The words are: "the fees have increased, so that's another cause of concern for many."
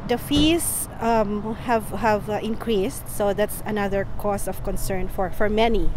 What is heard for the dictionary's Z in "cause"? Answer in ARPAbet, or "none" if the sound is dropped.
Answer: S